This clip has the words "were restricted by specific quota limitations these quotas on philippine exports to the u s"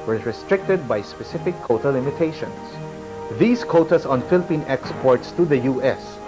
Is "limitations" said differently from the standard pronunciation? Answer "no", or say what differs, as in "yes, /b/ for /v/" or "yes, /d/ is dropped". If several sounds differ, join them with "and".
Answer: yes, /s/ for /z/